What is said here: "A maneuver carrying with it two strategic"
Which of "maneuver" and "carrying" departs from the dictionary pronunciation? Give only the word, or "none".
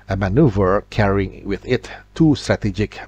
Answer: none